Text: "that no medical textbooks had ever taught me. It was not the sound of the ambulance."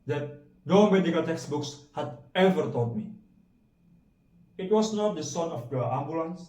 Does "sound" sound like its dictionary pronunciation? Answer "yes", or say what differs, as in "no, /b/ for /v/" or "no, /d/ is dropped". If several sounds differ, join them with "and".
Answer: no, /d/ is dropped